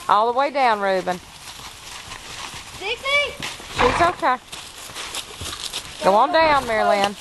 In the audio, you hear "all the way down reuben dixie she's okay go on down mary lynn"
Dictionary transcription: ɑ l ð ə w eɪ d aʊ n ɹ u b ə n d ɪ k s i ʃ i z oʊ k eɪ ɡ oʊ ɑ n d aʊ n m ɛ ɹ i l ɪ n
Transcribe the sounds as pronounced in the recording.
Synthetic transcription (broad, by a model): ɑ l ð ə w eɪ d aʊ n ɹ u b ə n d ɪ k i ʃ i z oʊ k eɪ ɡ oʊ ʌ n d aʊ n m ɛ ɹ i l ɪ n